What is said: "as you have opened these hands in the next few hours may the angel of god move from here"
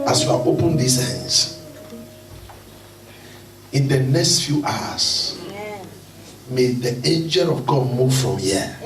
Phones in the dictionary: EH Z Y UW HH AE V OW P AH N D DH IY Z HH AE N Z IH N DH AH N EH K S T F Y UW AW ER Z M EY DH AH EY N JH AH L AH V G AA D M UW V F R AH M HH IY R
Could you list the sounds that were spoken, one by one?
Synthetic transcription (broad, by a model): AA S Y UW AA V OW P AH N D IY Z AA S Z IH N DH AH N EH K S T F Y UW AW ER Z M EY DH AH EY N JH AH L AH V G AA D M UW V F R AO M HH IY